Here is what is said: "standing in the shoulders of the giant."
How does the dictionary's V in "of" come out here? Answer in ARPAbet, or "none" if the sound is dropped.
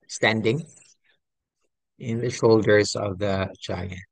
V